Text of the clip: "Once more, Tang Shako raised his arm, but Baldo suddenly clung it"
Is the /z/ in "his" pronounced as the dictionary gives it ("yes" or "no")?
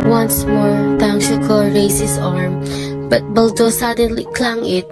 no